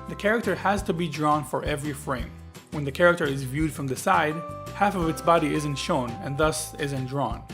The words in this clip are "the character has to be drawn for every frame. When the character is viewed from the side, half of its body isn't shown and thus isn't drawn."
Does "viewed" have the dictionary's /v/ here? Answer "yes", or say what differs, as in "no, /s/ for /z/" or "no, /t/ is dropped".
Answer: yes